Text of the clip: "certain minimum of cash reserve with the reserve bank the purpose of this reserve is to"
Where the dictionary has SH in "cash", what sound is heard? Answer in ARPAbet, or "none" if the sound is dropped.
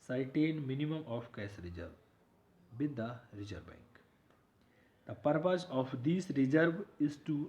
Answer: S